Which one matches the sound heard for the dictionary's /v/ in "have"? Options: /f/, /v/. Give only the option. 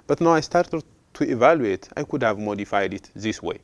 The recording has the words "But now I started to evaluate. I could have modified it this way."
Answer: /v/